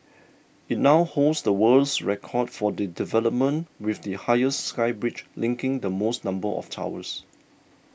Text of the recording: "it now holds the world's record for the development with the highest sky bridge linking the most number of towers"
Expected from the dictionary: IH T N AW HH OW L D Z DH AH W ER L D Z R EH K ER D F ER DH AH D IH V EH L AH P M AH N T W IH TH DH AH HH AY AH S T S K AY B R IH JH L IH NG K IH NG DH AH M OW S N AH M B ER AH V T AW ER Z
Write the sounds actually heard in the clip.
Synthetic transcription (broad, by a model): IH T N AW HH OW L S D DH AH W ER L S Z R EH K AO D F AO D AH D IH V EH L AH P M AH N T W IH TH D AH HH AY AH S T S K AY B R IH CH L IH NG K IH NG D AH M OW S N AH M B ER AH F T AW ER S